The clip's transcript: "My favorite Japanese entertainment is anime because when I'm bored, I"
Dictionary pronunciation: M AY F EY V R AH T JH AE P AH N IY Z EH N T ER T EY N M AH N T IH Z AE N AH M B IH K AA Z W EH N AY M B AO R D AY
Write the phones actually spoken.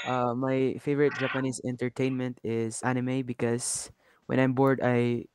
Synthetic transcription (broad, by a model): M AY F EY V R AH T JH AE P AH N IY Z EH N T ER T EY N M AH N T IH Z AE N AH M B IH K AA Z W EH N AY M B AO R D AY